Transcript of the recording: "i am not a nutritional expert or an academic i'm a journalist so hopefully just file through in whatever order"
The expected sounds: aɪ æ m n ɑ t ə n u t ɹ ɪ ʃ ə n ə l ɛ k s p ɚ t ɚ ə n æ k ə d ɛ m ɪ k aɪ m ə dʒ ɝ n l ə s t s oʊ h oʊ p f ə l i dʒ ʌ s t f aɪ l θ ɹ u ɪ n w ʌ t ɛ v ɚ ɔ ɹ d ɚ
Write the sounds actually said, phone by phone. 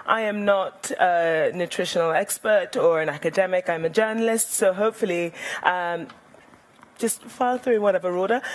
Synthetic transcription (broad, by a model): aɪ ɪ m n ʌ t ə n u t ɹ ɪ ʃ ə n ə l ɛ k s p ɚ t ɚ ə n æ k ə d ɛ m ɪ k aɪ m ə dʒ ɝ n l ə s t s oʊ h oʊ p f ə l i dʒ ʌ s t f aɪ l θ ɹ u ɪ n w ʌ t ɛ v ɚ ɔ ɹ d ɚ